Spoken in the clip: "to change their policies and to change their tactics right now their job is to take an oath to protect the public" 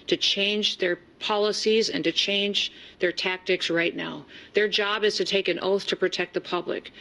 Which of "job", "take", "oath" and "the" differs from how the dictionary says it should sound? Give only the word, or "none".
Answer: none